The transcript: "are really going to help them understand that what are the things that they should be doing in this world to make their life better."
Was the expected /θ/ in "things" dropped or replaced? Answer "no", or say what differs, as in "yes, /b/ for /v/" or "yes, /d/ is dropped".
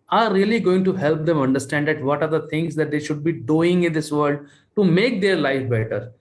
yes, /t/ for /θ/